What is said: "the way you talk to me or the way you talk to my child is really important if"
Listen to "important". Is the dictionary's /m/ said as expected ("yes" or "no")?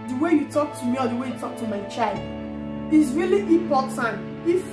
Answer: no